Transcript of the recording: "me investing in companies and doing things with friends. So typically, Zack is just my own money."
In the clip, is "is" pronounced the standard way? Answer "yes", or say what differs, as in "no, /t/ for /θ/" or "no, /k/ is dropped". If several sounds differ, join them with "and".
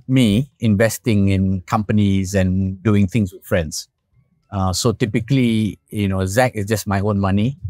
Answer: no, /s/ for /z/